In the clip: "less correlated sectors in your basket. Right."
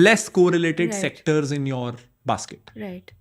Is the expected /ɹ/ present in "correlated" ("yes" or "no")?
yes